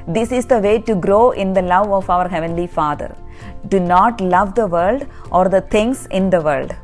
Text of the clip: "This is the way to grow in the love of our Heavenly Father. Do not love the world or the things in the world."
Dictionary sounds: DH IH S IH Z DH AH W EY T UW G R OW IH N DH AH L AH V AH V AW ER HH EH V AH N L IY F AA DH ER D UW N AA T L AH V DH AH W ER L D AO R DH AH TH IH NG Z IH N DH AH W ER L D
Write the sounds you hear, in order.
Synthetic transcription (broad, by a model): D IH S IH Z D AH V EY T UW G R OW IH N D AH L AH V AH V AW ER HH EH V AH N L IY F AA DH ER D UW N AA T L AH V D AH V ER L D AO R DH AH T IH NG S IH N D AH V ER L D